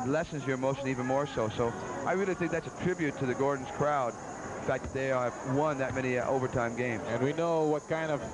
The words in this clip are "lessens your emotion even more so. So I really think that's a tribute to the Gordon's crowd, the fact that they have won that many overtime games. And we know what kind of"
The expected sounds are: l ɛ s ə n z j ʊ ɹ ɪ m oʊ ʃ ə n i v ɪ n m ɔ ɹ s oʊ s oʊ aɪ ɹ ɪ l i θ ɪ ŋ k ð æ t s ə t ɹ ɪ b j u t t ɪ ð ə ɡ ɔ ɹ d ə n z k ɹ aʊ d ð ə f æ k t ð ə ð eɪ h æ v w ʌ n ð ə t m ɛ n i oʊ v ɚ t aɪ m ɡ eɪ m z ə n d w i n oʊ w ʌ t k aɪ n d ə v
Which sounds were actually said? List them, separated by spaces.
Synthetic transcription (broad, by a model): l ɛ s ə n z j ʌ ɹ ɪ m oʊ ʃ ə n i v ɪ n m ɔ ɹ s oʊ s oʊ aɪ ɹ ɪ l i θ ɪ ŋ k ð æ t s ə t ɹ ɪ b j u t t ɪ ð ə ɡ ɔ ɹ d n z k ɹ aʊ d f æ k t ð ə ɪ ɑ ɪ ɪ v w ʌ n ð ə t m ɛ n i oʊ v ɚ t aɪ m ɡ eɪ m z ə n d w i n oʊ w ʌ t k aɪ n d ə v